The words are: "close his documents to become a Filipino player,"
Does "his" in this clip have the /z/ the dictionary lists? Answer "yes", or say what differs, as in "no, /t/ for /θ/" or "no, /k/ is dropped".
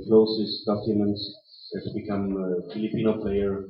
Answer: no, /s/ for /z/